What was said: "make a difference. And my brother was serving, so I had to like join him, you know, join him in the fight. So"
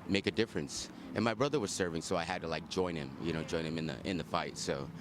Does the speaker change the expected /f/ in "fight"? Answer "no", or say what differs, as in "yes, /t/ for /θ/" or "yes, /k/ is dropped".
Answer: no